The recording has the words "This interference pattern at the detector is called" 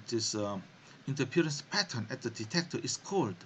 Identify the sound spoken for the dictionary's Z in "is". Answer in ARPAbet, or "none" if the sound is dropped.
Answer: S